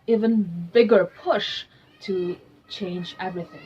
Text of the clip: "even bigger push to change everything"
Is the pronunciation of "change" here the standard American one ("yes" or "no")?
yes